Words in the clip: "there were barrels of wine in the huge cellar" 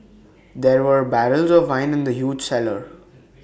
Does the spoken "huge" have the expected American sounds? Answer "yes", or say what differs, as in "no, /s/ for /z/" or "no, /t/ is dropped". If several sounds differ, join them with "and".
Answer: yes